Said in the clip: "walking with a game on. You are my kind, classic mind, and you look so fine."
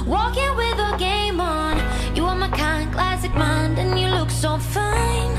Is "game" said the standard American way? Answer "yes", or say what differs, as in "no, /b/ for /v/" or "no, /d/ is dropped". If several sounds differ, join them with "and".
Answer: yes